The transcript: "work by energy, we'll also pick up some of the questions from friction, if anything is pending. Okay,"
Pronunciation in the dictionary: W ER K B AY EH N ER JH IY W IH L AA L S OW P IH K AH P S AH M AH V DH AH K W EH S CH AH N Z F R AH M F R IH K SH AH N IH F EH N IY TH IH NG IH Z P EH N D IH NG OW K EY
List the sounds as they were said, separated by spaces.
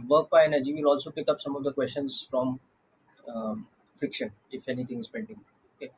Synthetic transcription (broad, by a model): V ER K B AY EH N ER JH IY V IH L AA L S OW P IH K AH P S AH M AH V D AH K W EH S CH AH N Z F R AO M F R IH K SH AH N IH F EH N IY T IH NG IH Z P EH N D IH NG OW K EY